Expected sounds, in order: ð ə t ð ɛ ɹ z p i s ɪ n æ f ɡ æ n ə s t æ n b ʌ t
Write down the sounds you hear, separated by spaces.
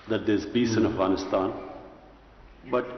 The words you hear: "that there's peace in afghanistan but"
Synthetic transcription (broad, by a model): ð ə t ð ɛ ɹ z b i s ɪ n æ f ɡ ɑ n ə s t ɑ n b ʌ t